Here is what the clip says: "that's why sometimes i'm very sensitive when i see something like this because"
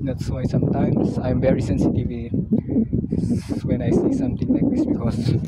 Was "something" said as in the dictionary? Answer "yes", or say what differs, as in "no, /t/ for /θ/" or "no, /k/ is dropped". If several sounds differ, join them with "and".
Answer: no, /t/ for /θ/